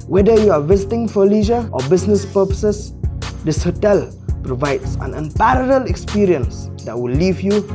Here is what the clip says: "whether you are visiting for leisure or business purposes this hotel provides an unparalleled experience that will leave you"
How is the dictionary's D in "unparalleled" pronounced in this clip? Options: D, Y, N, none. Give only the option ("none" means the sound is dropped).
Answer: none